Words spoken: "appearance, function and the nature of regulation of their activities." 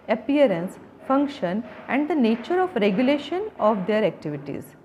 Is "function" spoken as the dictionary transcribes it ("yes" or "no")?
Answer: yes